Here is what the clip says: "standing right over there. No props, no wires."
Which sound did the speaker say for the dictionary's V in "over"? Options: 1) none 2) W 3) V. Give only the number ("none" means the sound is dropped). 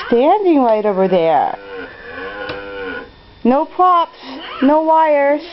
3